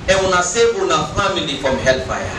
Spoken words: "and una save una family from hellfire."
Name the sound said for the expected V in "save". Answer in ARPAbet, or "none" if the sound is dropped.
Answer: B